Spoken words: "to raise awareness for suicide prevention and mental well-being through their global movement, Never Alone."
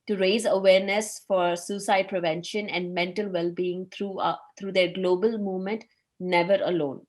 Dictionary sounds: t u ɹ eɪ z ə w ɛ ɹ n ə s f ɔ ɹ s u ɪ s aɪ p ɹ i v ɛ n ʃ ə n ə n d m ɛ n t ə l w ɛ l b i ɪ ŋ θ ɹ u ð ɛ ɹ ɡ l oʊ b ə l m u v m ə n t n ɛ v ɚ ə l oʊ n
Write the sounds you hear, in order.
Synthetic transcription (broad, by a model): t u ɹ eɪ z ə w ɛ ɹ n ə s f ɔ ɹ s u s aɪ p ɹ i v ɛ n ʃ ə n ə n d m ɛ n t ə l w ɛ l b i ɪ ŋ t ɹ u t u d ɡ l oʊ b ə l m u v m ə n t n ɛ v ɚ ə l oʊ n